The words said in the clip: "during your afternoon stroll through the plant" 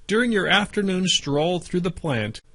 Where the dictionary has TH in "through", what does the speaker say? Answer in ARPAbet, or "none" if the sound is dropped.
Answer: TH